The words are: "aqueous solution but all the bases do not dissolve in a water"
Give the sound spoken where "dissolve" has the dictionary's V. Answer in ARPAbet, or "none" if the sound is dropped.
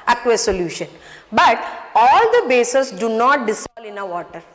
none